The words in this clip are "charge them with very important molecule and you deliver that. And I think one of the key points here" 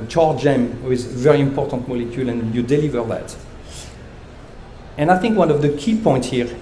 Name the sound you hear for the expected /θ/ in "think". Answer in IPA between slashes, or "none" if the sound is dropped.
/θ/